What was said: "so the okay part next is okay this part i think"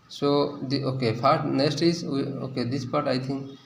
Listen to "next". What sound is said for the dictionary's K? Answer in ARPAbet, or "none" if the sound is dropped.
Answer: none